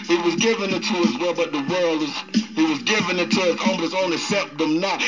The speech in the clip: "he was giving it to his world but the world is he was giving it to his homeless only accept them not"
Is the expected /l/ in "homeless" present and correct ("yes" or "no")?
no